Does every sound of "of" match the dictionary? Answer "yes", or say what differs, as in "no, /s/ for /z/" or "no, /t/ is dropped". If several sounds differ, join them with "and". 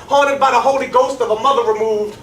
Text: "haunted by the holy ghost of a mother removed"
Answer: yes